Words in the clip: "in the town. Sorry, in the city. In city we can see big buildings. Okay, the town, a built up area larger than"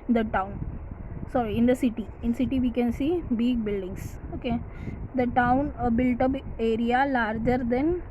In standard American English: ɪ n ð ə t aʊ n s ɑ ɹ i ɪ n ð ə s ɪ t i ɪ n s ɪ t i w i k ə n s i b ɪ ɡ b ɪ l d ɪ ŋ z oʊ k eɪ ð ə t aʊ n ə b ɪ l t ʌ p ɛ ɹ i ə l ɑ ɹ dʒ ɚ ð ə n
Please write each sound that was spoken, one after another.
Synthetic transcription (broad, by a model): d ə t aʊ n s ɑ ɹ i ɪ n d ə s ɪ t i ɪ n s ɪ t i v i k ə n s i b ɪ ɡ b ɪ l d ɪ ŋ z oʊ k eɪ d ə t aʊ n ə b ɪ l t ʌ b ɛ ɹ i ə l ɑ ɹ dʒ ɚ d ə n